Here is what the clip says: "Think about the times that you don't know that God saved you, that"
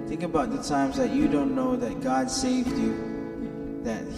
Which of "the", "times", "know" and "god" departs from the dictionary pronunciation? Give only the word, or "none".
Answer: none